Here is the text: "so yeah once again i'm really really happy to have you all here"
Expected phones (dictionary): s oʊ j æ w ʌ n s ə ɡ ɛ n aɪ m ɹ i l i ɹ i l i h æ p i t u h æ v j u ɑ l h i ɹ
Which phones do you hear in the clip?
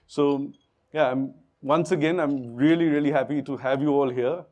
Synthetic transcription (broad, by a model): s oʊ j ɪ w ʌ n s ə ɡ ɛ n aɪ m ɹ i l i ɹ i l i h æ p i t u h æ v j u ɑ l h i ɹ